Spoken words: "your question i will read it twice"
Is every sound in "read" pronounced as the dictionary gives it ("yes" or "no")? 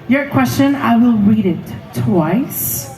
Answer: yes